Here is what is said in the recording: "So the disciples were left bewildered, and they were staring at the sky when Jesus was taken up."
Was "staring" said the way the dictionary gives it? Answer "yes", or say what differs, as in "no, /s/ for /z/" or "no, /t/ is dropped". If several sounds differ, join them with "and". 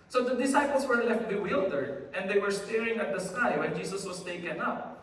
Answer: yes